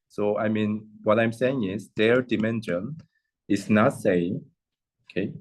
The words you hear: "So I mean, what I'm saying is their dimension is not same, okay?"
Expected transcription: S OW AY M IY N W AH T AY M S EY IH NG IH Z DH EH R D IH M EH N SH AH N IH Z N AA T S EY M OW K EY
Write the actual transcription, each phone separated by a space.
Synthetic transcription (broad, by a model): S OW AY M IY N W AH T AY M S EY IH NG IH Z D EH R D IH M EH N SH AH N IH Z N AA T S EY OW K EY